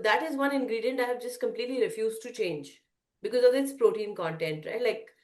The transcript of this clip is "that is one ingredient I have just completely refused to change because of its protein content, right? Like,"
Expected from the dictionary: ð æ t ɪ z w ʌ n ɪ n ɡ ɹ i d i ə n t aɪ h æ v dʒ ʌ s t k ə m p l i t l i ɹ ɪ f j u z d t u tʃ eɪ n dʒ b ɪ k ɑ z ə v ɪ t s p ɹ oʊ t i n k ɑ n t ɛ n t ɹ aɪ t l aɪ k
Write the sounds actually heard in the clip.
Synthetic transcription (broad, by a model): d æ t ɪ z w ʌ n ɪ n ɡ ɹ i d i ə n t aɪ h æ v dʒ ʌ s t k ə m p l i t l i ɹ ɪ f j u z d t u tʃ eɪ n dʒ b ɪ k ɑ z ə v ɪ t s p ɹ oʊ t i n k ɑ n t ɛ n t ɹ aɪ l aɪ k